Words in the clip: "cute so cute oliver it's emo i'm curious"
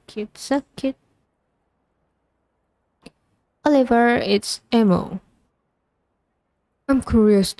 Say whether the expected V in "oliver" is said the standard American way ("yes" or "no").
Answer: yes